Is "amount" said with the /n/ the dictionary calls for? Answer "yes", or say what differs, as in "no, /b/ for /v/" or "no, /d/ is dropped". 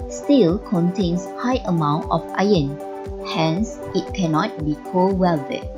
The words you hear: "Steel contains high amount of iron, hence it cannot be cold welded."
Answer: yes